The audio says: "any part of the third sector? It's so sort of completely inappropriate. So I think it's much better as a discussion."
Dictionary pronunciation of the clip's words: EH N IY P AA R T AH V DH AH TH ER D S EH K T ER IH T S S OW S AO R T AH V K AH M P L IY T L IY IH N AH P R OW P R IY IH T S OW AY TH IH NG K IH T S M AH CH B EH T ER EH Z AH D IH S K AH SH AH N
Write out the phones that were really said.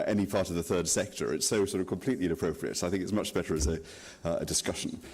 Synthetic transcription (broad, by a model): EH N IY P AA R T AH V DH AH TH ER D S EH K T ER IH T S S OW S AO R T AH V K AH M P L IY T L IY IH N AH P R OW P R IY IH T S OW AY TH IH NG K IH T S M AH CH B EH T ER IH Z AH D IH S K AH SH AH N